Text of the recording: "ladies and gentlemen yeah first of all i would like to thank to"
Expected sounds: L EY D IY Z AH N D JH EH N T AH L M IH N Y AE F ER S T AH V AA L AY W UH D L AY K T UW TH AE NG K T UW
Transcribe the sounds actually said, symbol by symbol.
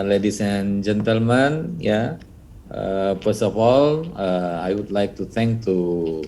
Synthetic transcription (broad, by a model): L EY D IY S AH N JH EH N T AH L M IH N Y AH F ER S T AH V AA L AY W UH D L AY K T UW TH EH NG K T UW